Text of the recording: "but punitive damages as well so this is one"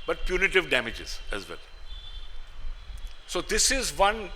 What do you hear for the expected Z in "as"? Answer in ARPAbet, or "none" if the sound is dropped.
Z